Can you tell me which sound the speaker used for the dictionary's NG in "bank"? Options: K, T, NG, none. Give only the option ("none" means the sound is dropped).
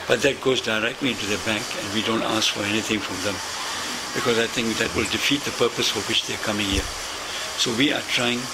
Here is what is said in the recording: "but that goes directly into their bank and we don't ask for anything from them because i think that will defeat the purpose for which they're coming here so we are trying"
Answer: NG